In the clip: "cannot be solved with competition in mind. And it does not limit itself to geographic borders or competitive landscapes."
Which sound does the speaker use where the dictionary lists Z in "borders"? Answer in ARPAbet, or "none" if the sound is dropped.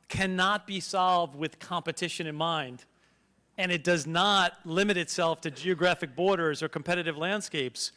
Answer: Z